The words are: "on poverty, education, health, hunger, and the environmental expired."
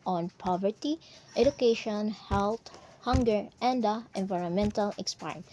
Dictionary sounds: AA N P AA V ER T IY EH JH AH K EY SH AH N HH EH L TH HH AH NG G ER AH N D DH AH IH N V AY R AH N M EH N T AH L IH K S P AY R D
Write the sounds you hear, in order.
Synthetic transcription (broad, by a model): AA N P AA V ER T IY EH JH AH K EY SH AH N HH EH L T HH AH NG G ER AH N D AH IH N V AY R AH N M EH N T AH L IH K S P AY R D